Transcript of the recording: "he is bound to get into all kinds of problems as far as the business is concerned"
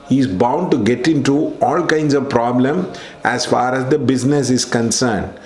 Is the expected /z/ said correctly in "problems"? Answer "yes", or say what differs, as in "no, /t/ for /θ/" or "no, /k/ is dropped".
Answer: no, /z/ is dropped